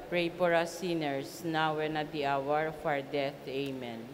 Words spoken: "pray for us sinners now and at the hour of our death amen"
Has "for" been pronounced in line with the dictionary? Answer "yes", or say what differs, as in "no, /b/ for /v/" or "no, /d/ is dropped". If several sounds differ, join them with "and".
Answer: no, /p/ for /f/